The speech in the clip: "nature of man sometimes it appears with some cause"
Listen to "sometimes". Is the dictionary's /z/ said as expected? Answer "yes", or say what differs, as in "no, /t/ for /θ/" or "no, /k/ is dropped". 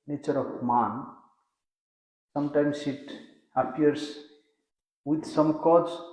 no, /s/ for /z/